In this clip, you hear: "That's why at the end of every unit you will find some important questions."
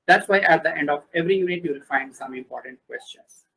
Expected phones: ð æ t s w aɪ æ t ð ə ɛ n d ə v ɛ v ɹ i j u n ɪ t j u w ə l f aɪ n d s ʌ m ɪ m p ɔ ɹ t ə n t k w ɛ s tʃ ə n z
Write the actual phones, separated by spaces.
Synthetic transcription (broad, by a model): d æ t s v aɪ æ t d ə ɛ n d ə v ɛ v ɹ i j u n ɪ t j u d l f aɪ n d s ʌ m ɪ m p ɔ ɹ t ə n t k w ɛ s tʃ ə n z